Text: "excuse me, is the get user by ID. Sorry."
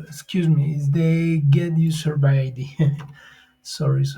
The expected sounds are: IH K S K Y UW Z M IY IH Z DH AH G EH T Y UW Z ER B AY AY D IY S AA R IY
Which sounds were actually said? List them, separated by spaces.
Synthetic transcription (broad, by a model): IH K S K Y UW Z M IY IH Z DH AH G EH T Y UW S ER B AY AY D IY S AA R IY